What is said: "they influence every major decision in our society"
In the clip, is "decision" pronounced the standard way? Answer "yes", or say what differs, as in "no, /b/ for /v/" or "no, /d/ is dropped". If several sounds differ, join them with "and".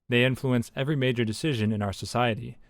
yes